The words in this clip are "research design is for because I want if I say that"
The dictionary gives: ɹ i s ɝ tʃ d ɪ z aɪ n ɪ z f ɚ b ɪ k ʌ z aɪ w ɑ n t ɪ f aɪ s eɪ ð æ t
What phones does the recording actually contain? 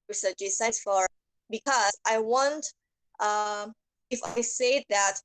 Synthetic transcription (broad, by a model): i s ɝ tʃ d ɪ s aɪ ɪ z f ɚ b ɪ k ʌ z aɪ w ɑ n t ɪ f aɪ s eɪ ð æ t